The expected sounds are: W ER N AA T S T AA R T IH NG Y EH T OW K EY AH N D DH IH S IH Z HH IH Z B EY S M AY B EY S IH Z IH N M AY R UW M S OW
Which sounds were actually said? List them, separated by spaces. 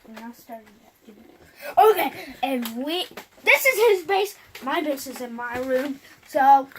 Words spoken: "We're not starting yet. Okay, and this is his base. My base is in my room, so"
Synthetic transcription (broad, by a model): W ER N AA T S T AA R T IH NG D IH OW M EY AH N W DH IH S IH Z HH IH Z B EY S M AY B EY S IH Z IH N M AY R UW M S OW